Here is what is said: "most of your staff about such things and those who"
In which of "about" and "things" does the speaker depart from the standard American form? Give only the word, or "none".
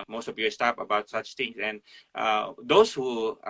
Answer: things